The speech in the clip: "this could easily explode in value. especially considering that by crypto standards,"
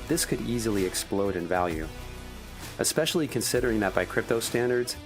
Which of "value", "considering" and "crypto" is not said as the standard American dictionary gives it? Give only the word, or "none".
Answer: none